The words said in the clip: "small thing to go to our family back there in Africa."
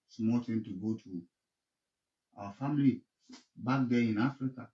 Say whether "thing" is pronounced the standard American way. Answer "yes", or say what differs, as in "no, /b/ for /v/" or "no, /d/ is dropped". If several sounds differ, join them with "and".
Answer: no, /t/ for /θ/